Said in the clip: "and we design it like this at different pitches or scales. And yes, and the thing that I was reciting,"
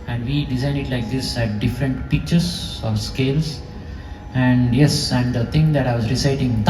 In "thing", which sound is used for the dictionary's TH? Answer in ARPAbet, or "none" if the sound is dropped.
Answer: T